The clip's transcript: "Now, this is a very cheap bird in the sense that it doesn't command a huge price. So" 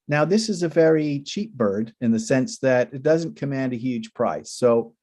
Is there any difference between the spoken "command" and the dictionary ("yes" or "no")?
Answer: no